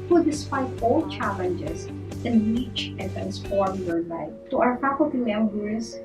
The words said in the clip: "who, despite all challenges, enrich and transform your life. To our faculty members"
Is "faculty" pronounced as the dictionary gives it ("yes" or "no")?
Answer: no